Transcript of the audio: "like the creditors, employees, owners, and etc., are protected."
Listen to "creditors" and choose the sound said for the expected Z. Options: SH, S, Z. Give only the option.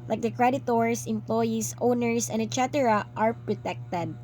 S